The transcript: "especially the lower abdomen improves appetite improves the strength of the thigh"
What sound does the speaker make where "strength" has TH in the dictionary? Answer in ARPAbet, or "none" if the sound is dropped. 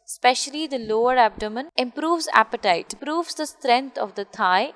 T